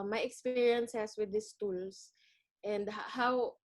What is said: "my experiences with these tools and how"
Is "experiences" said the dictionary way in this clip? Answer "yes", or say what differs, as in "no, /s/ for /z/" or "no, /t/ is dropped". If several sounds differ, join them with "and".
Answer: no, /s/ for /z/